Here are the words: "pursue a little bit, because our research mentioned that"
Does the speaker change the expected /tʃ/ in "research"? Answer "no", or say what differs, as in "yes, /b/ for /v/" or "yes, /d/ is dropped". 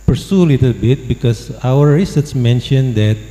yes, /s/ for /tʃ/